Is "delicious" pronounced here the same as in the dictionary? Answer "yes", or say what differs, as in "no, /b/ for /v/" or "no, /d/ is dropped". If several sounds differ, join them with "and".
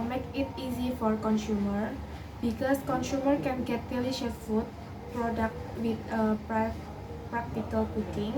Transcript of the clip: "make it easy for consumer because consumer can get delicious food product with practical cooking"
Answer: no, /s/ is dropped